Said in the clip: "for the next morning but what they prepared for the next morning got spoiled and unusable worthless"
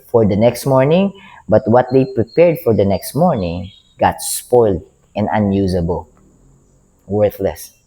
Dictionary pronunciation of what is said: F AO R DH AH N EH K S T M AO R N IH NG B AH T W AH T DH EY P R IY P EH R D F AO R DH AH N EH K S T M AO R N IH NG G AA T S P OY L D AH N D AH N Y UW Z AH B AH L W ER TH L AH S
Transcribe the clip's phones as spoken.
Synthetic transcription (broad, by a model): F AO R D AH N EH K S T M AO R N IH NG B AH T W AH T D EY P R IY P EH R D F AO R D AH N EH K S T M AO R N IH NG G AA T S P OY L D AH N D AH N Y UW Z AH B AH L W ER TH L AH S